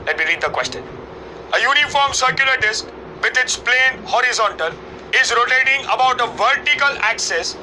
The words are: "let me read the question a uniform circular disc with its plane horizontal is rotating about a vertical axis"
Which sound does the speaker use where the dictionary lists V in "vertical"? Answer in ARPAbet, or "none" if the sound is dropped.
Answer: V